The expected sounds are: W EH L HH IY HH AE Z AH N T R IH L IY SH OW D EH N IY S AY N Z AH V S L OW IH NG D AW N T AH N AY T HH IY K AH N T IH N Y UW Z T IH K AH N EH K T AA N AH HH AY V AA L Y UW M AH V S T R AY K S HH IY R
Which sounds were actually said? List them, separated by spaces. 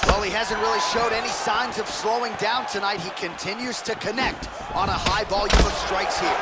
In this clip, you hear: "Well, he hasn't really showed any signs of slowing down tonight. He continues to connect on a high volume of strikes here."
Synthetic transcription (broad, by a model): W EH L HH IY HH AE Z AH N T R IH L IY SH OW D EH N IY S AY N Z AH V S L OW IH NG D AW N T AH N AY T HH IY K AH N T IH N Y UW Z T IH K AH N EH K T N AH HH AY B AA L Y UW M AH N S T R AY K S HH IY R